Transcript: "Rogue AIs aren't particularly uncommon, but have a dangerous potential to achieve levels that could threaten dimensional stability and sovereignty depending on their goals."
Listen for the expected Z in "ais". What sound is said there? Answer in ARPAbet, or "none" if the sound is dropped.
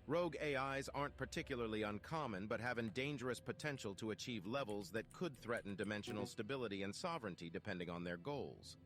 Z